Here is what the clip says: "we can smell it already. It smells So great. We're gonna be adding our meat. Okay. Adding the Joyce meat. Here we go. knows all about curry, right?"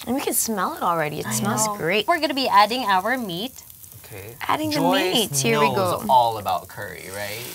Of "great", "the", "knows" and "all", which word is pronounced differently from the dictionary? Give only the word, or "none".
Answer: knows